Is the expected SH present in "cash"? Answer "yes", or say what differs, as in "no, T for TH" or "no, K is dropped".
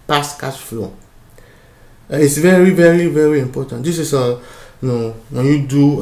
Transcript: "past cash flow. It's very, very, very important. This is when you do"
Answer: no, S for SH